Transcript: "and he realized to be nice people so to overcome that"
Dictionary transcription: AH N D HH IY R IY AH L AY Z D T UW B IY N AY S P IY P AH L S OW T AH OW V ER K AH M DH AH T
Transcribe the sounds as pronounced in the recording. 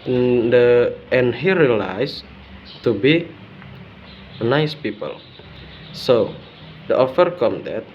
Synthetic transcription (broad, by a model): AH N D HH IY R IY L AY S T UW B IY N AY S P IY P AH L S OW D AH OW F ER K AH M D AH T